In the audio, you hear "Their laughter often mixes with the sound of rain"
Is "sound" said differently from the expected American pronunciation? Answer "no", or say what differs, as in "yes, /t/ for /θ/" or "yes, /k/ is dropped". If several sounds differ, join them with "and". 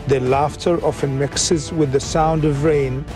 no